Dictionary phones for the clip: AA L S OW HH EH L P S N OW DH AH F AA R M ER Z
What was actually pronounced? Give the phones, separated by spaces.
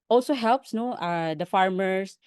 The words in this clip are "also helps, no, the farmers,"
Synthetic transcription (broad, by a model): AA L S OW HH EH L P S N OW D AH F AA R M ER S